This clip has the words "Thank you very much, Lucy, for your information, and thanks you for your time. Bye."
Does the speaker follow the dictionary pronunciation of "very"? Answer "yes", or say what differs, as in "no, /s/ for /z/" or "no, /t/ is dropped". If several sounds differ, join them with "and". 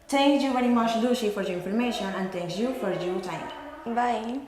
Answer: yes